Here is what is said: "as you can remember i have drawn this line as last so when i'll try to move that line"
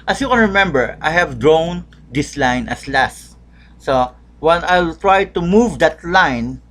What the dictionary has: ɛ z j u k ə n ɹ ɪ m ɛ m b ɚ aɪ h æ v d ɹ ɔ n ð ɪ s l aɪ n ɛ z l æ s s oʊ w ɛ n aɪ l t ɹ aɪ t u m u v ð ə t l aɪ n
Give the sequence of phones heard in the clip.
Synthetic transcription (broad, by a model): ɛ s j u k ə n ɹ ɪ m ɛ m b ɚ aɪ h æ v d ɹ ɔ n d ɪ s l aɪ n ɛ s l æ s s oʊ w ɛ n aɪ l t ɹ aɪ t u m u v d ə t l aɪ n